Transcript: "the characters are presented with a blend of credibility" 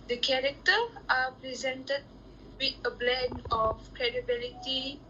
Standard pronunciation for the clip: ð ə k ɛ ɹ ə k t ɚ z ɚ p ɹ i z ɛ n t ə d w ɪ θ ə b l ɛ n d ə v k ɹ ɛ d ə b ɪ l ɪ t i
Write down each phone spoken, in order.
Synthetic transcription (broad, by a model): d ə k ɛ ɹ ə k t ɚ ɑ p ɹ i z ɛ n t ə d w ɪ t ə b l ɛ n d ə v k ɹ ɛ d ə b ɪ l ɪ t i